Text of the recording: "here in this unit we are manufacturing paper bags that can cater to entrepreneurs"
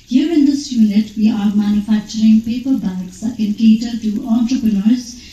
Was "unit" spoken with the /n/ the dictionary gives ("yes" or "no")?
no